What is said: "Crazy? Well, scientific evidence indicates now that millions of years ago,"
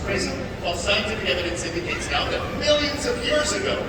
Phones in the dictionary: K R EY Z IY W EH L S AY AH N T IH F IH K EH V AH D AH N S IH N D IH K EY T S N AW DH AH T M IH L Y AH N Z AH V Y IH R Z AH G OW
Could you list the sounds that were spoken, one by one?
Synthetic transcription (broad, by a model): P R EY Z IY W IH L S AY AH N T IH F IH K EH V AH D AH N S IH N D IH K EY T S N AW DH AH T M IH L Y AH N Z AH V Y IH R Z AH G OW